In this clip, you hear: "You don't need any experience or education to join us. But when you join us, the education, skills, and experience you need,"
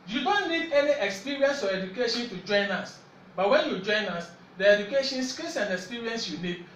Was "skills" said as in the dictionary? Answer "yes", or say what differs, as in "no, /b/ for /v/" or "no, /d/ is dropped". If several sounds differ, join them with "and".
no, /s/ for /z/